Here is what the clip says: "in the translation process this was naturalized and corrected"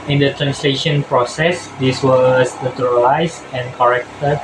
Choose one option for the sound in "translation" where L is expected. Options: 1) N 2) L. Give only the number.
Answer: 2